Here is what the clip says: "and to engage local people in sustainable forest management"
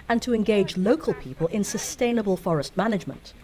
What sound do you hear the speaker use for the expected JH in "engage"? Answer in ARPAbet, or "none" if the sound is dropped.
JH